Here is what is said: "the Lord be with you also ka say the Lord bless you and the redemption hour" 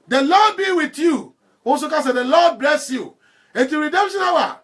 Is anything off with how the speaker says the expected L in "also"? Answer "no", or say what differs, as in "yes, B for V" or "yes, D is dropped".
yes, L is dropped